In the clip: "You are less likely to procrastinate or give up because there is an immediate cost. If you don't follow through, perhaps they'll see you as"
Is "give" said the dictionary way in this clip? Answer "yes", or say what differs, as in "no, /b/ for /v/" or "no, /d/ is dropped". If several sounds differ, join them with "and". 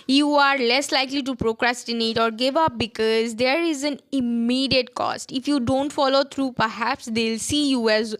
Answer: yes